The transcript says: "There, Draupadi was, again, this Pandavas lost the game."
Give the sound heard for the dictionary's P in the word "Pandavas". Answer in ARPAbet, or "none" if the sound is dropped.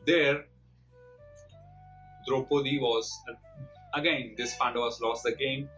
F